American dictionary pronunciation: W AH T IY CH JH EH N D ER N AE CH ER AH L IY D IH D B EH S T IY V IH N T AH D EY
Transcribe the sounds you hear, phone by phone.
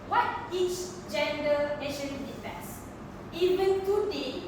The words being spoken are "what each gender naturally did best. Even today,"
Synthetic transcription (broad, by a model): W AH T IY CH JH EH N D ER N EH SH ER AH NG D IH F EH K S IY V IH N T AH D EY